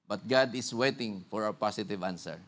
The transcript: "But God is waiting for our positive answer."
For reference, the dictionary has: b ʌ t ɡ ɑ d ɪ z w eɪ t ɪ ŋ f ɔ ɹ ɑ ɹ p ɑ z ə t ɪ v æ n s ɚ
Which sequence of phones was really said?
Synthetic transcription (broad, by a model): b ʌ t ɡ ɑ d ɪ s w eɪ t ɪ ŋ f ɔ ɹ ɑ w p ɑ s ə t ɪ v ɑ n s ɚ